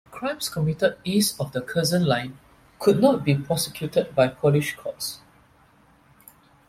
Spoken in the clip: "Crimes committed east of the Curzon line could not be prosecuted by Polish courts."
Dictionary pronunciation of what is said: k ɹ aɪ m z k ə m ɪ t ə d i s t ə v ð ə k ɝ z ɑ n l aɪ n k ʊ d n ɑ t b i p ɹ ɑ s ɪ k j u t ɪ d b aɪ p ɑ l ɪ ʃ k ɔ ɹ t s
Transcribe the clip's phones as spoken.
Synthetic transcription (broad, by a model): k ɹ aɪ m s k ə m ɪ t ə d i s ə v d ə k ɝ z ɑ n l aɪ n k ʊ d n ɑ t b i p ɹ ɑ s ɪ k j u t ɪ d b aɪ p ɑ l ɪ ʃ k ɔ t s